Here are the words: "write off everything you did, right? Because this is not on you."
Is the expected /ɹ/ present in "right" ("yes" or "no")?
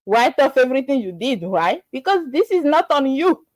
no